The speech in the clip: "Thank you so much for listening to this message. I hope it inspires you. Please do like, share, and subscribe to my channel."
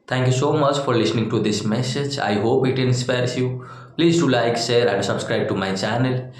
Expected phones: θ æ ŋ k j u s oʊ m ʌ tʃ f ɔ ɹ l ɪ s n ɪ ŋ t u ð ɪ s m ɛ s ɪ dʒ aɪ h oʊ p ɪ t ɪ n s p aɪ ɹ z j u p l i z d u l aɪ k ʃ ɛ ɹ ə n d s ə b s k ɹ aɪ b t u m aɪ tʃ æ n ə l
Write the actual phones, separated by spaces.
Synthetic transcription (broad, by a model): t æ ŋ k j u s oʊ m ʌ tʃ f ɔ ɹ l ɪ s n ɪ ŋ t u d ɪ s m ɛ s ɪ dʒ aɪ h oʊ p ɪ t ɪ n s p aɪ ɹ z j u p l i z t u l aɪ k s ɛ ɹ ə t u s ə b s k ɹ aɪ b t u m aɪ tʃ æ n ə l